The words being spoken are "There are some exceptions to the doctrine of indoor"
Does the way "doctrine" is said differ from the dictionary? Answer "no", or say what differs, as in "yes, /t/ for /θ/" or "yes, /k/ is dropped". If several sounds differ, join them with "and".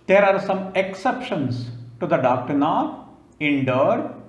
no